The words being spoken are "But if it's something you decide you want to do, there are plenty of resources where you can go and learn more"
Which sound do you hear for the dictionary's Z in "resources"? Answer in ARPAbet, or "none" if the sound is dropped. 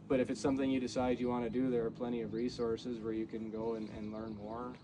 Z